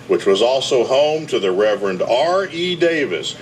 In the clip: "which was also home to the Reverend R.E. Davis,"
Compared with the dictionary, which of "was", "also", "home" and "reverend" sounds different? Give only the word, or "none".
none